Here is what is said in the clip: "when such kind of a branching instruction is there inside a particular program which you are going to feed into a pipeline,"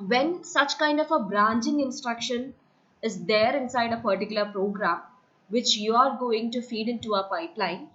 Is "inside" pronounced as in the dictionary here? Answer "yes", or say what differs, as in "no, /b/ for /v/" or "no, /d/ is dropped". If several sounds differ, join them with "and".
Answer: yes